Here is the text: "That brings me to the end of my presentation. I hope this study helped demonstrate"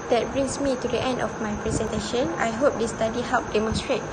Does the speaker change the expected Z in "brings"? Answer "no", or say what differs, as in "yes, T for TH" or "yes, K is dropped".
yes, S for Z